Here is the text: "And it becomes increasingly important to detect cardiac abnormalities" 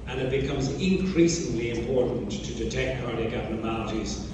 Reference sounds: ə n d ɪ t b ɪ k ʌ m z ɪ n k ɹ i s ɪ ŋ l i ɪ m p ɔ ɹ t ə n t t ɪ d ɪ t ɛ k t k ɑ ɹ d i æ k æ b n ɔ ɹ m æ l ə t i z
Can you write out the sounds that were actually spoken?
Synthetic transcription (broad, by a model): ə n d ɪ t b ɪ k ʌ m z ɪ n k ɹ i s ɪ ŋ l i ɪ m p ɔ ɹ t n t t ɪ d ɪ t ɛ k t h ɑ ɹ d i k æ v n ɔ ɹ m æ l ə t i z